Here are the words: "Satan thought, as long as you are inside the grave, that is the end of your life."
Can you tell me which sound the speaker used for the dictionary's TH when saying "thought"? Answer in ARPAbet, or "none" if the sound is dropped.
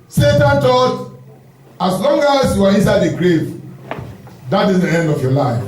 T